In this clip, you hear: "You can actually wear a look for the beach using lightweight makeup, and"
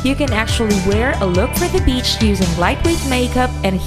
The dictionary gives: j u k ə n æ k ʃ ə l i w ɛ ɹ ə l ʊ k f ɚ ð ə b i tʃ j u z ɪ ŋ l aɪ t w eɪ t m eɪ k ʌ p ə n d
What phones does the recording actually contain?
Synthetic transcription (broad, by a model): j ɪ k ə n æ k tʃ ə l i w ɛ ɹ ə l ʊ k f ɚ ð ə b i tʃ j u z ɪ ŋ l aɪ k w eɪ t m eɪ k ʌ p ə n